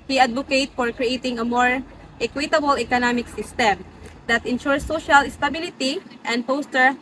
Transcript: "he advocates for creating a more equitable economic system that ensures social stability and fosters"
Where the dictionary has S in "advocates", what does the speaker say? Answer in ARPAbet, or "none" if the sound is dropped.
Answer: none